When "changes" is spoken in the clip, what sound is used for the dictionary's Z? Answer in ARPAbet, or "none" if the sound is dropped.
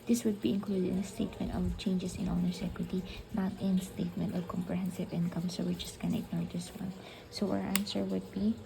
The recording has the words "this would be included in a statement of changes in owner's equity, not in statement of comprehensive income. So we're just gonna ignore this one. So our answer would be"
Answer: S